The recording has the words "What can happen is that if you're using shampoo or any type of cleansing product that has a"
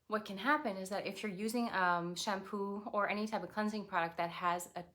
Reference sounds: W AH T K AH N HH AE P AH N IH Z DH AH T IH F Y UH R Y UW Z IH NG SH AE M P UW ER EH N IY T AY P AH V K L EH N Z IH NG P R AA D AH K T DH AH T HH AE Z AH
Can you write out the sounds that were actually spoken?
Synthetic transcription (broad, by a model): W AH T K AH N HH AE P AH N IH Z DH AH T IH F Y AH R Y UW Z IH NG SH AE M P UW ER EH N IY T AY P AH V K L EH N Z IH NG P R AA D AH K T DH AH T HH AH Z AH